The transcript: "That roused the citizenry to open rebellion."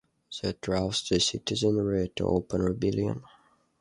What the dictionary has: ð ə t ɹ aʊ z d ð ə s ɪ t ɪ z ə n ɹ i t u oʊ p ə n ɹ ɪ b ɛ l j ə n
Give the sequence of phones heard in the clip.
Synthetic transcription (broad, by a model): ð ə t ɹ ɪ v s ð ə s ɪ t ɪ z ə n ɹ i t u oʊ p ə n ɹ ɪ b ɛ l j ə n